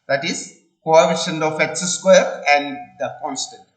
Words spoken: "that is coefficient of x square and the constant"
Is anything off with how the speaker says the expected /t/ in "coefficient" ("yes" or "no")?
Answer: yes